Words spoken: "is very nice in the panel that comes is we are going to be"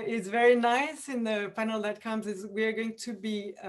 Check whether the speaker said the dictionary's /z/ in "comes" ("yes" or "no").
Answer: yes